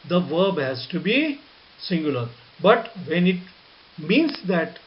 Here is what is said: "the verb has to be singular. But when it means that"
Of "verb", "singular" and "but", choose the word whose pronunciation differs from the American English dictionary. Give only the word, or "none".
none